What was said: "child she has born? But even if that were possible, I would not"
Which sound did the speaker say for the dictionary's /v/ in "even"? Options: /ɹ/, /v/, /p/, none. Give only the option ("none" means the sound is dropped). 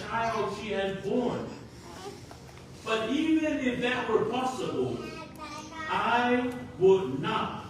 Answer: /v/